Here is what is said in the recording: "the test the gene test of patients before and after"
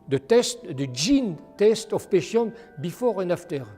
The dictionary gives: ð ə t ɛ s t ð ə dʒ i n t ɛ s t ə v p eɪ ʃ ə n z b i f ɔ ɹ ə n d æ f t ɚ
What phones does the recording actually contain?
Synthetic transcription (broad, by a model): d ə t ɛ s t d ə dʒ i n t ɛ s t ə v p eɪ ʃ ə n b i f ɔ ɹ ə n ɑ f t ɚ